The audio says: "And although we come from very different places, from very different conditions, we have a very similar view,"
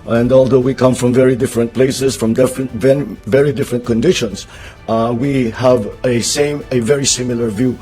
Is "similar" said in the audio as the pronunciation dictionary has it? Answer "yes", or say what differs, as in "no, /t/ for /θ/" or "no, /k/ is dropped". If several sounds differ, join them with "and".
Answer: yes